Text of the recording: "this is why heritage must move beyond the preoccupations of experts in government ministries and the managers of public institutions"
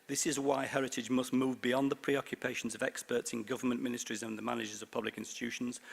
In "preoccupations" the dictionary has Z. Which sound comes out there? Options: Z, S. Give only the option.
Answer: Z